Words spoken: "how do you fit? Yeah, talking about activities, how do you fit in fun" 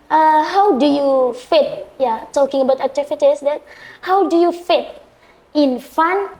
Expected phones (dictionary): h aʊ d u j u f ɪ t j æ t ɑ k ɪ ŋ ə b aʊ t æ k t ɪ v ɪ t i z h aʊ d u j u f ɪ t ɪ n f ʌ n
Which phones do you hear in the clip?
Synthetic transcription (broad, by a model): h aʊ d u j u f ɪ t j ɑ t ɑ k ɪ ŋ ə b aʊ t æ t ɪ f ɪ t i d h aʊ d u j u f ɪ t ɪ n f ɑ n